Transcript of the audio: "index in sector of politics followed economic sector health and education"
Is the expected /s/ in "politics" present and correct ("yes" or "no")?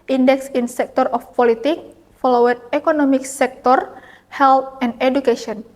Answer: no